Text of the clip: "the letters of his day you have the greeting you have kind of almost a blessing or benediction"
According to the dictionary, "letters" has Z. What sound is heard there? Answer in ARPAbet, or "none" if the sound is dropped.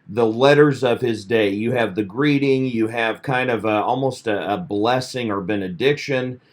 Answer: Z